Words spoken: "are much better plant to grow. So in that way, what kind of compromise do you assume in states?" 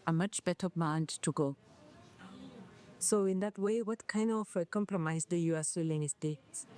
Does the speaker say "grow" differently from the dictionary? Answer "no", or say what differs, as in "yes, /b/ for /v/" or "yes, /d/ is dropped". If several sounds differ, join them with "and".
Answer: yes, /ɹ/ is dropped